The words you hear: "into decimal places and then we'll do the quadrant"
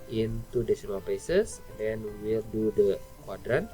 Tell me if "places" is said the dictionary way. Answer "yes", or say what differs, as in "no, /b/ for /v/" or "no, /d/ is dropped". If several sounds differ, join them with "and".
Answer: no, /l/ is dropped